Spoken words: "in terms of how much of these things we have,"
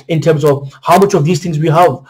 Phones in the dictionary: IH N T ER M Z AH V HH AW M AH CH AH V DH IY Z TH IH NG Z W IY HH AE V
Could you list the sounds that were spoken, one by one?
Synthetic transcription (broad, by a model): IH N T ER M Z AH V HH AW M AH CH AH V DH IY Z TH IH NG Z W IY HH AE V